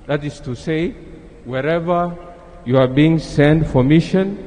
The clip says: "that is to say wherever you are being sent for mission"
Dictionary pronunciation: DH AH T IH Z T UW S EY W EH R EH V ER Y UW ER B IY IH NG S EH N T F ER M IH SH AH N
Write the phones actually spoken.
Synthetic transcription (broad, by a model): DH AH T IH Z T UW S EY W EH R EH V ER Y UW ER B IY IH NG S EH N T F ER M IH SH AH N